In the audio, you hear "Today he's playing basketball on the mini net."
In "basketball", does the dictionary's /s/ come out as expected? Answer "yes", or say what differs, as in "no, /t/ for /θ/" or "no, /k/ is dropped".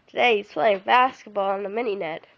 yes